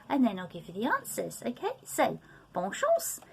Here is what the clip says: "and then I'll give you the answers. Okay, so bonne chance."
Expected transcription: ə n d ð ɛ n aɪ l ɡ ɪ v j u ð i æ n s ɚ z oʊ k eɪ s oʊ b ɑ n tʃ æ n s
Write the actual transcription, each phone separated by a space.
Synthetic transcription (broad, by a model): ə n ð ɛ n aɪ l ɡ ɪ v j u ð i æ n s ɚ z oʊ k eɪ s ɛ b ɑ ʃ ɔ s